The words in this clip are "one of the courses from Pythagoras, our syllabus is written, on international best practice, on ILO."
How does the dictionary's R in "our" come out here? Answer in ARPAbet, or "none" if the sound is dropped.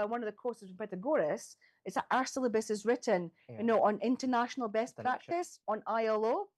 R